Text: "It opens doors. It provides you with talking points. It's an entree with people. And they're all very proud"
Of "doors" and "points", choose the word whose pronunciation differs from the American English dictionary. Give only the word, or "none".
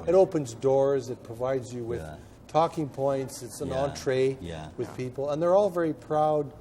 none